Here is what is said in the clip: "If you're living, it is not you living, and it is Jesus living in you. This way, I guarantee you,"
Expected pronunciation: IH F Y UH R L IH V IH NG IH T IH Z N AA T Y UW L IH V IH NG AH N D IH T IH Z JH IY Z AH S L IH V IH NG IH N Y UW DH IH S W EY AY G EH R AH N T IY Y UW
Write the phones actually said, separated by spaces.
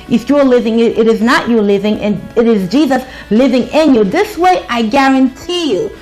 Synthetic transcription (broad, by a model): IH F Y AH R L IH V IH NG IH T IH Z N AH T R L IH V IH NG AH N IH T IH Z JH IY Z AH S L IH V IH NG IH N Y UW DH IH S W EY AY G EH R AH N T IY Y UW